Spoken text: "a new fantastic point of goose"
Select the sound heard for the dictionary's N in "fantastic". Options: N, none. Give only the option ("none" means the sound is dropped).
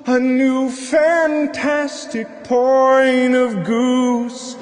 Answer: N